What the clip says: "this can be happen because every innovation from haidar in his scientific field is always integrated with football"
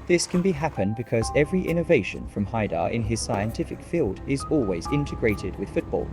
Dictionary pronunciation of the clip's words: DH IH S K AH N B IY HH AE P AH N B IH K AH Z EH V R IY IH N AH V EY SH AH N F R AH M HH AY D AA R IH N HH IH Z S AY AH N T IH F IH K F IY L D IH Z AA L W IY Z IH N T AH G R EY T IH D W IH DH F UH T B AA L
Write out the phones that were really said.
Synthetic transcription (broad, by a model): DH IH S K AH N B IY HH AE P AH N B IH K AH Z EH V R IY IH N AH V EY SH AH N F R AH M HH AY D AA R IH N IH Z S AY AH N T IH F IH K F IY L D IH Z AA L W IY Z IH N T AH G R EY T IH D W IH DH F UH T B AA L